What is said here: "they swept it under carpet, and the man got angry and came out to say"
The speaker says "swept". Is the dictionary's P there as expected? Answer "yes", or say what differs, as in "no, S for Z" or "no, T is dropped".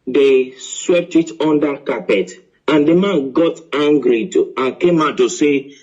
yes